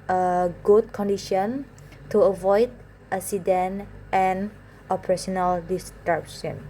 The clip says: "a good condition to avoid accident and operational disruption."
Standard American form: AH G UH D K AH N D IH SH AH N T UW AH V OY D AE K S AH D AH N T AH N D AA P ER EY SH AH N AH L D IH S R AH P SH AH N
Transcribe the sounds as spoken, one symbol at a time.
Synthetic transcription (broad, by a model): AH G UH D K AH N D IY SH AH N T UW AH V OY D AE S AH D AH N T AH N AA P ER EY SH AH N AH L D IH S R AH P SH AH N